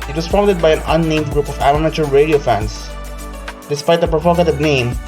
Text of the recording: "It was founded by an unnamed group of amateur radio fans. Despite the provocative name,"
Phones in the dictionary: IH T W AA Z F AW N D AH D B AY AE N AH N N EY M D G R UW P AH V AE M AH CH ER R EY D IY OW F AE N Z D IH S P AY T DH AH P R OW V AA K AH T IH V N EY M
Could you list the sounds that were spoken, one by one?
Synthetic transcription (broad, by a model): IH T W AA S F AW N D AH D B AY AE N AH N N EY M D G R UW P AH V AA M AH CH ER R EY D IY OW F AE N S D IH S P AY T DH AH P R OW V AA K AH T IH V N EY M